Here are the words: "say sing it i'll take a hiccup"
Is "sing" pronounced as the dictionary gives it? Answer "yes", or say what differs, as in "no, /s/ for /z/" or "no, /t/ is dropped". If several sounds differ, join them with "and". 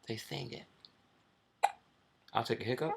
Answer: no, /θ/ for /s/